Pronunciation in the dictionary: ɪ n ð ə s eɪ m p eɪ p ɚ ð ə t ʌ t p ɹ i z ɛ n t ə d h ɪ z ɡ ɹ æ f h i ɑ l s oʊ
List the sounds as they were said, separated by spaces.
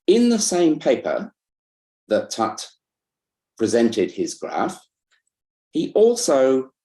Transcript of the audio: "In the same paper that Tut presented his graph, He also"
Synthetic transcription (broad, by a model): ɪ n ð ə s eɪ m p eɪ p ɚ ð ə t ʌ t p ɹ i z ɛ n t ə d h ɪ z ɡ ɹ æ f h i ɑ l s oʊ